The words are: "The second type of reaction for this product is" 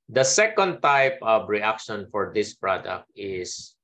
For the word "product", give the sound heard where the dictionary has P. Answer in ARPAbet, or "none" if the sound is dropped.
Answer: P